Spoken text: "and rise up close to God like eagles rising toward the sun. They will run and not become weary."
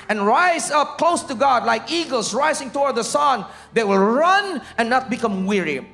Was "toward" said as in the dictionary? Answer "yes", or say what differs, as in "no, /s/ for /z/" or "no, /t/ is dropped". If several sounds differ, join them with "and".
yes